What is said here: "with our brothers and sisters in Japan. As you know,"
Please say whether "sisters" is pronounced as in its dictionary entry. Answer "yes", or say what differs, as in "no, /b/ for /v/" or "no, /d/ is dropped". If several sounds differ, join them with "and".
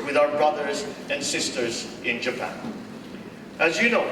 yes